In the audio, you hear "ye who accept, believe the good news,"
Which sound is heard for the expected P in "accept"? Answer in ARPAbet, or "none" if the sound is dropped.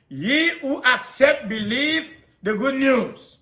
P